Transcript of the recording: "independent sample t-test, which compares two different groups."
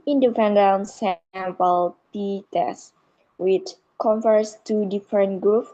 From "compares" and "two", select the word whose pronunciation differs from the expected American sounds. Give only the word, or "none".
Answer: compares